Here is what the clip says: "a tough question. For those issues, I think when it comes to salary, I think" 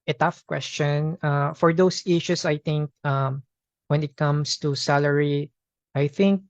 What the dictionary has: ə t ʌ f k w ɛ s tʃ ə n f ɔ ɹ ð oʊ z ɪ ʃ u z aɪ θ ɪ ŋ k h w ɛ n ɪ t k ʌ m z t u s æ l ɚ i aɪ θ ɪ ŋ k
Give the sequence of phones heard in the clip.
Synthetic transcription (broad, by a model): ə t ʌ f k w ɛ s tʃ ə n f ɔ ɹ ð oʊ s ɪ ʃ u s aɪ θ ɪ ŋ k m w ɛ n ɪ t k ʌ m s t u s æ l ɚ i aɪ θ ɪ ŋ k